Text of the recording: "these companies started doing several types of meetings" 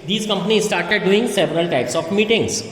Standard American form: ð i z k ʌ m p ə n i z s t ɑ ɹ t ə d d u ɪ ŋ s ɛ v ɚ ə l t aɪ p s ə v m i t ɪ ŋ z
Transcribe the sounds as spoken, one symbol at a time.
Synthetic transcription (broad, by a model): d i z k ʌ m p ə n i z s t ɑ ɹ t ə d d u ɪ ŋ s ɛ v ɚ ə l t aɪ p s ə f m i t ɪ ŋ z